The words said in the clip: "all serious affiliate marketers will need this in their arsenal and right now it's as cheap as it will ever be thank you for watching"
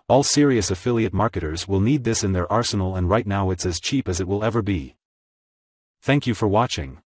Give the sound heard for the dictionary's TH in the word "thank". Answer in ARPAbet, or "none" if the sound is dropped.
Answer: TH